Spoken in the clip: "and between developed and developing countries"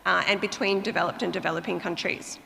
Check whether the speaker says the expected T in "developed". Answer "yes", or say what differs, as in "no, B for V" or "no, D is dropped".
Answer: yes